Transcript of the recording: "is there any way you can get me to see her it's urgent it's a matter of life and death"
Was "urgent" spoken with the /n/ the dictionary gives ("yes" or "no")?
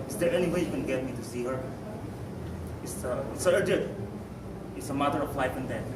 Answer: no